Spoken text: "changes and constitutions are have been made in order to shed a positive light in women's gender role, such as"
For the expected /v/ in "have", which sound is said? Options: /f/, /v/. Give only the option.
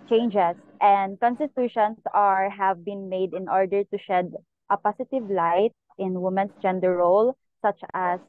/v/